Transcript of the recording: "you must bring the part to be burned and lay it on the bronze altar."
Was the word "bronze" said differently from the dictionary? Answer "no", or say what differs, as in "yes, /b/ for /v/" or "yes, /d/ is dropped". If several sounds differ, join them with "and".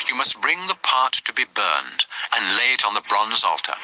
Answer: no